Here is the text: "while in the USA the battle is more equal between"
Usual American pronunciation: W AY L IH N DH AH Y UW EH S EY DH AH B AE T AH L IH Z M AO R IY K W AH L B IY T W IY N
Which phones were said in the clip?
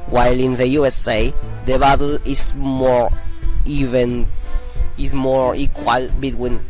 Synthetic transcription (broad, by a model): W AY L IH N DH AH Y UW EH S EY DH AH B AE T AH N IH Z M AO R IY K W AH L B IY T W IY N